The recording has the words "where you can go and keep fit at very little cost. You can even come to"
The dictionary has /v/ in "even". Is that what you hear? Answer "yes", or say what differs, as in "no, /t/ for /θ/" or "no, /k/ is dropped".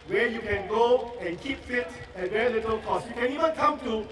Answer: no, /w/ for /v/